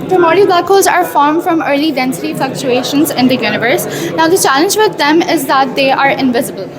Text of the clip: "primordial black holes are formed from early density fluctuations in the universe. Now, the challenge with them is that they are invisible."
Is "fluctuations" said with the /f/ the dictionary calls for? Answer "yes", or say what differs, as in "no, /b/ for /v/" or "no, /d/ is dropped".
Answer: yes